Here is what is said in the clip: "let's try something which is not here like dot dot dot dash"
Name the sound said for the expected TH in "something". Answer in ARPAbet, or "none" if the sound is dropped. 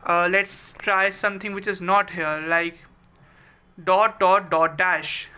T